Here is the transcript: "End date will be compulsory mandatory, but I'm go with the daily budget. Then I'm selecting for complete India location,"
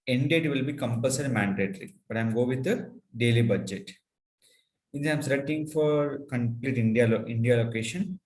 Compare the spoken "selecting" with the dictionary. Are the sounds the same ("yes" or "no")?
no